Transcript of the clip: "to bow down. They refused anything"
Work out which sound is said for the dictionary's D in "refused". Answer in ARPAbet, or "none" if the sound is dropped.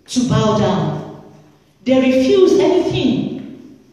none